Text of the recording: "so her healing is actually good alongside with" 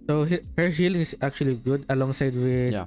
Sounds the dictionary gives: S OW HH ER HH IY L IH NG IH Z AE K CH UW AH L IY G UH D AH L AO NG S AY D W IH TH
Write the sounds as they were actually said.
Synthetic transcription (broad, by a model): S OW HH ER HH IY L IH NG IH S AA K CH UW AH L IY G UH D AH L AO NG S AY D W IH